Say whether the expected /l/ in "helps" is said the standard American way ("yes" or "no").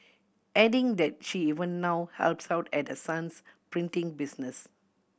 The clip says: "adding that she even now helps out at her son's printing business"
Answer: yes